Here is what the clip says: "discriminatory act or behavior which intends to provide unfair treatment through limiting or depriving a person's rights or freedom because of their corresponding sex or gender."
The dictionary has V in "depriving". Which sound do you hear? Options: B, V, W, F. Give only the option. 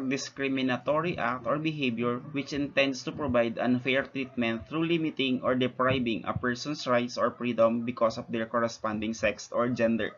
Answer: B